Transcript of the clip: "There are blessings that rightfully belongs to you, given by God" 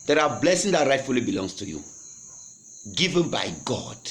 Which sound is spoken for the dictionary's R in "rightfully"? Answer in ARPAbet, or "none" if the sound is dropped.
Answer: R